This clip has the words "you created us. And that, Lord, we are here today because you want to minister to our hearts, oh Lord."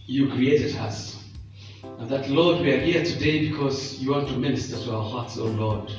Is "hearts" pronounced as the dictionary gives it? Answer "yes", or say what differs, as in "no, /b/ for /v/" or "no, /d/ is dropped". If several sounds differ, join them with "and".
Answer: yes